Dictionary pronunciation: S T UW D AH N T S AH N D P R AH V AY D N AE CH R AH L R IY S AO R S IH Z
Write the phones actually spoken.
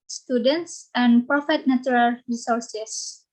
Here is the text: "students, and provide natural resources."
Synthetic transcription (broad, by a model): S T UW D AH N T S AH N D P R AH F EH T N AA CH R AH L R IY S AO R S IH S